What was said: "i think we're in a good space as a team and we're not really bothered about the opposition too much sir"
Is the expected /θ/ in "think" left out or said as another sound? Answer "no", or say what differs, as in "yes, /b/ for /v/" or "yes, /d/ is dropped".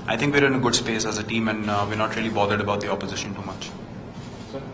yes, /t/ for /θ/